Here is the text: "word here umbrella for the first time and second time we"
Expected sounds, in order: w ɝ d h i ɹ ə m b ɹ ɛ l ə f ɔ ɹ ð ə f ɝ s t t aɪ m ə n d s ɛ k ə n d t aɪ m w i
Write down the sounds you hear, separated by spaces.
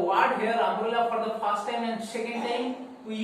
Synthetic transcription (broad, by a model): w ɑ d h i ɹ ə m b u l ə f ɔ ɹ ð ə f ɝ s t t aɪ m ə n d s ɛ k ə n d t aɪ m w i